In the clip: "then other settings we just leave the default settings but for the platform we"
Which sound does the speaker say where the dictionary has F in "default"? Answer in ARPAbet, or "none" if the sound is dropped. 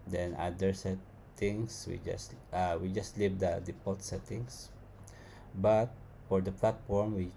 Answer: P